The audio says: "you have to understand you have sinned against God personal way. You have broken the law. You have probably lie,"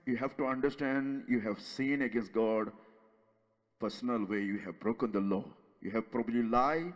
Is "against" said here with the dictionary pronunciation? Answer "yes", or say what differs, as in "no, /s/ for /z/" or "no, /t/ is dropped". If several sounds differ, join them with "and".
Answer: yes